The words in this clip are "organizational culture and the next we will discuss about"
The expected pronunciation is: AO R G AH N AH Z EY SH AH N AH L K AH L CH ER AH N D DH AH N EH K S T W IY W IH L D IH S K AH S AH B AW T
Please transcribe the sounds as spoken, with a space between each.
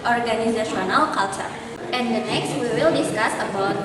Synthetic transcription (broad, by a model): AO R G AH N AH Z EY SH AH N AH L K AH L CH ER AH N D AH N EH K S T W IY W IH L D IH S K AH S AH B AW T